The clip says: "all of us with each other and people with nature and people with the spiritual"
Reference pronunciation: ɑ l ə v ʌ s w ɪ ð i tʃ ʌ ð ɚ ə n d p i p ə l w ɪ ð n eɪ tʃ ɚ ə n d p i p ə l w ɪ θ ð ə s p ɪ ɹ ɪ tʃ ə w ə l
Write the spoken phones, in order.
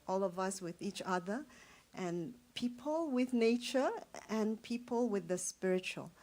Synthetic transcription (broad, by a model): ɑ l ə v ʌ s w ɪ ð i tʃ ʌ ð ɚ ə n p i p ə l w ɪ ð n eɪ tʃ ɚ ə n p i p ə l w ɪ ð ə s p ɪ ɹ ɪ tʃ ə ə l